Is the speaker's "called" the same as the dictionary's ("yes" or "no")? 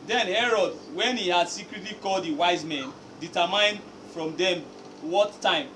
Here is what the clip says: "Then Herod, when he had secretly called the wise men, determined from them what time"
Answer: yes